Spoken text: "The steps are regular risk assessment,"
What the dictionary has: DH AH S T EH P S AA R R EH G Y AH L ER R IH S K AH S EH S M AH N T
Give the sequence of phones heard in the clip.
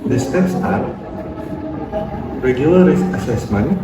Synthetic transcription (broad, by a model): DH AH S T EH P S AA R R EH G Y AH L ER R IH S AH S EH S M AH N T